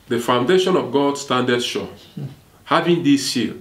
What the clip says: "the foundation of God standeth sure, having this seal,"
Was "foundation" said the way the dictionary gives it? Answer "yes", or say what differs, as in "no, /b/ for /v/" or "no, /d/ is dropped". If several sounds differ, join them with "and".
yes